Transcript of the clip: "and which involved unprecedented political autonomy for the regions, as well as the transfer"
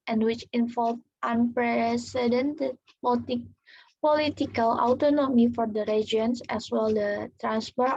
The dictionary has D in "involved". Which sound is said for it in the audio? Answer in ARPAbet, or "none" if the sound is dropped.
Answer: none